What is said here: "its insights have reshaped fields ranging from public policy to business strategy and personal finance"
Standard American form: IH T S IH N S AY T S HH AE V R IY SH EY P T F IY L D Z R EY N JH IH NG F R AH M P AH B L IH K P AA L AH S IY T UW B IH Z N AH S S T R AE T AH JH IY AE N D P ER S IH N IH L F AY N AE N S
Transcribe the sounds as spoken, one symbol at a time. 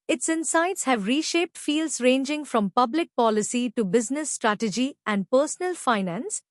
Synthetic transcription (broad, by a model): IH T S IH N S AY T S HH AE V R IY SH EY P T F IY L D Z R EY N JH IH NG F R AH M P AH B L IH K P AA L AH S IY T UW B IH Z N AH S S T R AE T AH JH IY AE N D P ER S IH N IH L F AY N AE N S